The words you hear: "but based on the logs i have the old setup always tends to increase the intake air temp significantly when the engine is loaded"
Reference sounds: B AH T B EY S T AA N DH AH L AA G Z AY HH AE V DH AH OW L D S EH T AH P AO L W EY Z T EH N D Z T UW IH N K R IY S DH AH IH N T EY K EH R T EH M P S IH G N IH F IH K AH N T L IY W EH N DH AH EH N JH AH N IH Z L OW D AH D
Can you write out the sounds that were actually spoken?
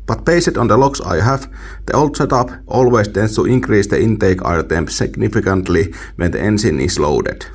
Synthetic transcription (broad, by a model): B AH T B EY S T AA N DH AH L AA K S AY HH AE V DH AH OW L D S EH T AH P AO L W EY S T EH N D S T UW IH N K R IY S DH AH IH N T EY K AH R T EH M P S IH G N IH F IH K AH N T L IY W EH N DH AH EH N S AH N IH S L OW D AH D